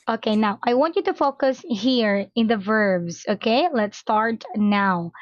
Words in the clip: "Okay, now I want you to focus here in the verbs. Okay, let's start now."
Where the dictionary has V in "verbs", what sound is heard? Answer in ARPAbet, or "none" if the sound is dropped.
V